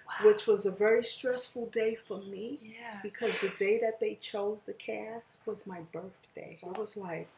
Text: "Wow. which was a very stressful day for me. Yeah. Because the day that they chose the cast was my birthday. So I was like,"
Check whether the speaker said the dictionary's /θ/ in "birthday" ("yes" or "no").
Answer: yes